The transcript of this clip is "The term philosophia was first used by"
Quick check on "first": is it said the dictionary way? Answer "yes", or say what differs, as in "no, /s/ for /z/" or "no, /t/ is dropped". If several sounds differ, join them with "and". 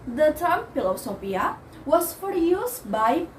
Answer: no, /s/ is dropped